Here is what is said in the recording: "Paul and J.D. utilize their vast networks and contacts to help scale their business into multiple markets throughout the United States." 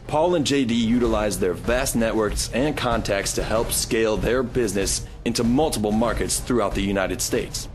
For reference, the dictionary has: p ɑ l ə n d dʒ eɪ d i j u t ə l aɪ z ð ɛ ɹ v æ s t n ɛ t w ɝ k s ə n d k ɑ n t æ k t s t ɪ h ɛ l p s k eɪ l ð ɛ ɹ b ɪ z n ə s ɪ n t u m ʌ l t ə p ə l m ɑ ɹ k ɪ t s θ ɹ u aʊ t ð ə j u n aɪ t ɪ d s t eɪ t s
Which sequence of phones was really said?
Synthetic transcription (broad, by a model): p ɑ l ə n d dʒ eɪ d i j u t ə l aɪ z ð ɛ ɹ v æ s t n ɛ t w ɝ k s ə n k ɑ n t æ k t s t ɪ h ɛ l p s k eɪ l ð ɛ ɹ b ɪ z n ə s ɪ n t u m ʌ l t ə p l m ɑ ɹ k ɪ t s θ ɹ u aʊ t ð ə j u n aɪ t ɪ d s t eɪ t s